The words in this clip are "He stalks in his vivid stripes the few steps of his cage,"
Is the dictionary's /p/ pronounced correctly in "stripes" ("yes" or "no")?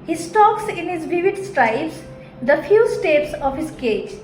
no